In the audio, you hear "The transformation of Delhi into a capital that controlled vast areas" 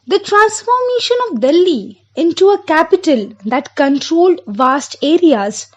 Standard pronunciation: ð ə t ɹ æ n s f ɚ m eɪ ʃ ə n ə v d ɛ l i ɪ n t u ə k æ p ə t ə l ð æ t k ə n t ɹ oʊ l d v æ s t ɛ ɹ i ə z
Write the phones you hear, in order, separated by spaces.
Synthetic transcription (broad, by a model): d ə t ɹ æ n s f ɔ m eɪ ʃ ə n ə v d ɛ l i ɪ n t u ə k æ p ə t ə l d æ t k ə n t ɹ oʊ l d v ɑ s t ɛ ɹ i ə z